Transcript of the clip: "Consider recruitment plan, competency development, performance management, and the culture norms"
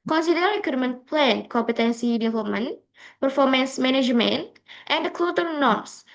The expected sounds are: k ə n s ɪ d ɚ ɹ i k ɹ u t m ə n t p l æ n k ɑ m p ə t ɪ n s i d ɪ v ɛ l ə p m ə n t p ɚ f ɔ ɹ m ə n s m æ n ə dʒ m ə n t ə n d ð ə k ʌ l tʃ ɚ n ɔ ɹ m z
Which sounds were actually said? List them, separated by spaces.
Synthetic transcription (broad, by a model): k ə n s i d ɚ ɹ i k u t m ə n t p l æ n k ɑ m p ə t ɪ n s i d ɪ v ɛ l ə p m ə n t p ɚ f ɔ ɹ m ə n s m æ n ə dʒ m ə n t ə n d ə k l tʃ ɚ n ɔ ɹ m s